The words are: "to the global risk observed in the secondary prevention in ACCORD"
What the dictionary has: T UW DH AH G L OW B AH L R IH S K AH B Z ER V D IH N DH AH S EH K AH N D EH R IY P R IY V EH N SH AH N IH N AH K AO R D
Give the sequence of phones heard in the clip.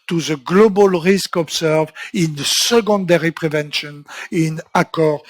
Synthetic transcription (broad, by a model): T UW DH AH G L OW B AH L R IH S K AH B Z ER V IH N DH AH S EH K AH N D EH R IY P R IY V EH N SH AH N IH N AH K AO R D